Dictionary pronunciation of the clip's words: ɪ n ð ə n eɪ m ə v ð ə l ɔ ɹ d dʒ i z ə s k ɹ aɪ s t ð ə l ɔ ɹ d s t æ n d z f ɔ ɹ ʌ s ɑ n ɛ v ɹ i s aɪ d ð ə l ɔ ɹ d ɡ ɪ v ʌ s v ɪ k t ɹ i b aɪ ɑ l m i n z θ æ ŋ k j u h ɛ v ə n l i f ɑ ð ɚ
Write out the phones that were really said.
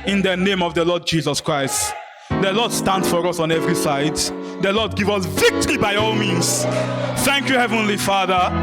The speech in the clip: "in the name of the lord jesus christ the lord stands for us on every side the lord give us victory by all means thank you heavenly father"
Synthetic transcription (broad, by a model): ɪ n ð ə n eɪ m ə v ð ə l ɔ d dʒ i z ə s k ɹ aɪ s t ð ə l ɔ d s t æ n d f ɔ ɹ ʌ s ɑ n ɛ v ɹ i s aɪ d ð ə l ɔ d ɡ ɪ v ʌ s v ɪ k t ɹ i b aɪ ɑ l m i n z θ æ ŋ k j u h ɛ v ə n l i f ɑ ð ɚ